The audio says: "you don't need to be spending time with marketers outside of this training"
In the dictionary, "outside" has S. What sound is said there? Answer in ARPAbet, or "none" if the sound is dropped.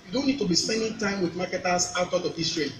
none